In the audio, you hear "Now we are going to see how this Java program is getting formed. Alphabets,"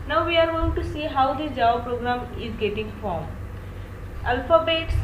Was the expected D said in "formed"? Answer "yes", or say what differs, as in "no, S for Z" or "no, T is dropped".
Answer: no, D is dropped